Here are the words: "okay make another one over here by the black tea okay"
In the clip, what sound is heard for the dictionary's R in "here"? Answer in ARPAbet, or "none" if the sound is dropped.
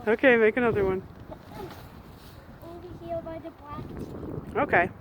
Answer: L